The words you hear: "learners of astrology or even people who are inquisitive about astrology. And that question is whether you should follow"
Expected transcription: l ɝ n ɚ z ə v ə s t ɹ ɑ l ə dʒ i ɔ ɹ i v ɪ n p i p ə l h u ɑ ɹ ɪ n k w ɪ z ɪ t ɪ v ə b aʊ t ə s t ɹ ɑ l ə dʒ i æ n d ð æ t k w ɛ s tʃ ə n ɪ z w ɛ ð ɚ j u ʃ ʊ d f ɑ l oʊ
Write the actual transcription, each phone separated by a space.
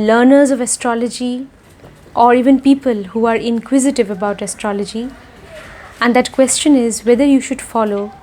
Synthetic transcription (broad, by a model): l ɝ n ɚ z ə v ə s t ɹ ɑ l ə dʒ i ɔ ɹ i v ɪ n p i p ə l h u ɑ ɹ ɪ n k w ɪ z ɪ t ɪ v ə b aʊ t ə s t ɹ ɑ l ə dʒ i æ n d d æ t k w ɛ s tʃ ə n ɪ z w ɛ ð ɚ j u ʃ ʊ d f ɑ l oʊ